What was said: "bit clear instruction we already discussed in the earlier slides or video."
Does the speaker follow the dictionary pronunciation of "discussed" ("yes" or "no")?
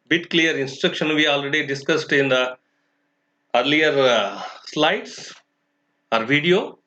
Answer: yes